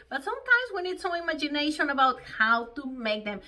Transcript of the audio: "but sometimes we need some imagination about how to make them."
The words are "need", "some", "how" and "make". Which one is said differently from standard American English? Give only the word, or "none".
some